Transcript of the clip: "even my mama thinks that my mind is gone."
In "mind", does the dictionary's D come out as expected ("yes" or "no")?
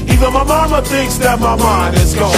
no